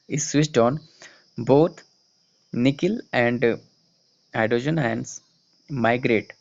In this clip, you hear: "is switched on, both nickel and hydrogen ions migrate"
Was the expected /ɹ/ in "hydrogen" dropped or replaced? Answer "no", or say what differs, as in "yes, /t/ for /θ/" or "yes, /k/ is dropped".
yes, /ɹ/ is dropped